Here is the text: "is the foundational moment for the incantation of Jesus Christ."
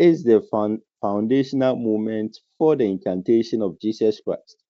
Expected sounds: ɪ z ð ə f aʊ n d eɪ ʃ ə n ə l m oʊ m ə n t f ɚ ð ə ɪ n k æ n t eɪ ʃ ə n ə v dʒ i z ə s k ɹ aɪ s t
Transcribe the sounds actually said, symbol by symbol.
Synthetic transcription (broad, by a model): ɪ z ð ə f aʊ n d eɪ ʃ ə n ə l m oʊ m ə n t f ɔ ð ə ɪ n k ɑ n t eɪ ʃ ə n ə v dʒ i s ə s k ɹ aɪ s t